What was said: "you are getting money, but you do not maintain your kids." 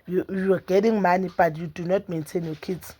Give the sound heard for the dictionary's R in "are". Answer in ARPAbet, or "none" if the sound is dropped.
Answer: W